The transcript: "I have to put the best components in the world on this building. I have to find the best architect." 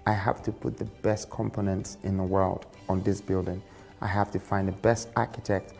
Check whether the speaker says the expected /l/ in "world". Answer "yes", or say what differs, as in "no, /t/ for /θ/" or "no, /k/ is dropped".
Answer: yes